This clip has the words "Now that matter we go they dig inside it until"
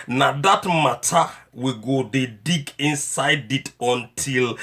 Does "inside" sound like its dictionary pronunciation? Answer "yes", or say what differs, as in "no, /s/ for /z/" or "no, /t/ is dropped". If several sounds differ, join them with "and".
yes